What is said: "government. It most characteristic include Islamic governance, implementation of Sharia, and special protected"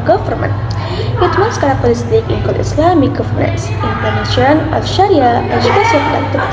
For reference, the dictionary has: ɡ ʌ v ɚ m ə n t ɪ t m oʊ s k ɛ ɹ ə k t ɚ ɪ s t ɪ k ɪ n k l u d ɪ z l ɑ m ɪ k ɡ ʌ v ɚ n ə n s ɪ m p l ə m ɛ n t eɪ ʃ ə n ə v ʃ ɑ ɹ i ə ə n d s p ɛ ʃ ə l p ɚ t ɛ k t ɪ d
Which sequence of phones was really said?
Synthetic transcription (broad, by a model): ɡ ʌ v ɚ m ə n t ɪ t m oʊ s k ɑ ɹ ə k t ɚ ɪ s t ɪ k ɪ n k u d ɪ s l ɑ m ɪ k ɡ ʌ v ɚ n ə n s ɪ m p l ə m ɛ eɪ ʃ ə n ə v ʃ ɑ ɹ i ə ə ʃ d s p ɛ s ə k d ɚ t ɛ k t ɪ